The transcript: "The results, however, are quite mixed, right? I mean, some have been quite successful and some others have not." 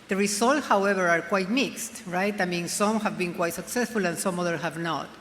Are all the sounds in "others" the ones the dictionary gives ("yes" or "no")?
no